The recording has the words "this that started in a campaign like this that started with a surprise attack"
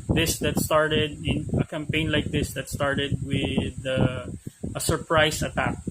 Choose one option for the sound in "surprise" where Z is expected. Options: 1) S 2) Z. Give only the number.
1